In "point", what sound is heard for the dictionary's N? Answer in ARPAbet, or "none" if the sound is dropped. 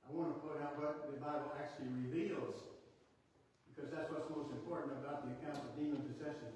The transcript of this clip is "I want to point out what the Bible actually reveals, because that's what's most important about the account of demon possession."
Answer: none